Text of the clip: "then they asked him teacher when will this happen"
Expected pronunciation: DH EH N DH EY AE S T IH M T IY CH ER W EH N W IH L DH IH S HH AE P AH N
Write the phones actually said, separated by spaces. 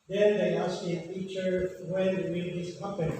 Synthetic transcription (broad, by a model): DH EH N DH EY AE S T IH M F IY CH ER W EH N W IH N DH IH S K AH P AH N